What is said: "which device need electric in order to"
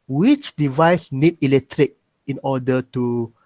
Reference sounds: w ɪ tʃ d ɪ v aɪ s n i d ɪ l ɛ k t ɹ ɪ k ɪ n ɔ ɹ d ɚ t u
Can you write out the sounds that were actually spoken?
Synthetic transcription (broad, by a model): w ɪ tʃ d ɪ v aɪ s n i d ɪ l ɛ k t ɹ ɪ k ɪ n ɔ d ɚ t u